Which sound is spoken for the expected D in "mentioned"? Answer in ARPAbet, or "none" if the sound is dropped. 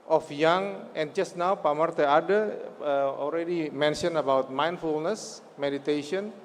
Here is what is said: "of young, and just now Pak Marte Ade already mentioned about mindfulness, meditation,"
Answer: none